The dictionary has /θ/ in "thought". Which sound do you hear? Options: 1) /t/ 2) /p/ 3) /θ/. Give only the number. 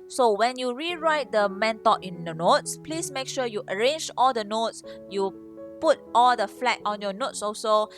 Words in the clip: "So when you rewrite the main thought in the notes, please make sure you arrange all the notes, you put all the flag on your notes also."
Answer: 1